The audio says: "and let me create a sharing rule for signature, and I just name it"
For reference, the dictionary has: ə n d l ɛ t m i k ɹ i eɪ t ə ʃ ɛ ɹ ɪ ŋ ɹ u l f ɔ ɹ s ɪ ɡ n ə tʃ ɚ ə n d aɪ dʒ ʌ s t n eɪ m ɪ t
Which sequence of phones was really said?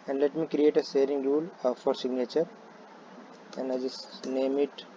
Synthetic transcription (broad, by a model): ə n d l ɛ t m i k ɹ i eɪ t ə s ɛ ɹ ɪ ŋ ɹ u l f ɔ ɹ s ɪ ɡ n ə tʃ ɚ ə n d aɪ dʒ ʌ s n eɪ m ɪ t